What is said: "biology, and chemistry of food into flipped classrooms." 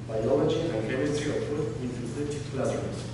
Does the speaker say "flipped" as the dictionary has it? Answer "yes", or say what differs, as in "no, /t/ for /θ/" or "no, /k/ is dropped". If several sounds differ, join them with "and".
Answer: no, /p/ is dropped